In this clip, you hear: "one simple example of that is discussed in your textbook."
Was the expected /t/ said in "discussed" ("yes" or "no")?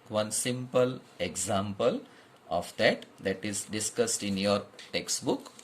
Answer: yes